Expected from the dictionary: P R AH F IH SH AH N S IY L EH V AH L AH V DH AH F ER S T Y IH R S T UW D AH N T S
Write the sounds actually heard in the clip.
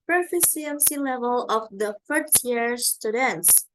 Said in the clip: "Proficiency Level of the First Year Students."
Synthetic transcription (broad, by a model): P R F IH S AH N S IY L EH V AH L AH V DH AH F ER T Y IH R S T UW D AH N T S